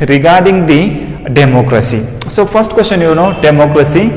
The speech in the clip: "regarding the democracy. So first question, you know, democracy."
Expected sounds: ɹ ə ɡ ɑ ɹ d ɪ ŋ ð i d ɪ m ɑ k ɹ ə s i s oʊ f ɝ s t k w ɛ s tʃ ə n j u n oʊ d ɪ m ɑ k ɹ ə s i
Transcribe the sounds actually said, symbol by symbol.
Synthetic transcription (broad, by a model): ɹ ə ɡ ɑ ɹ d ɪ ŋ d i d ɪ m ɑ k ɹ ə s i s oʊ p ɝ s t k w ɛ s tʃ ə n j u n oʊ d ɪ m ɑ k ɹ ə s i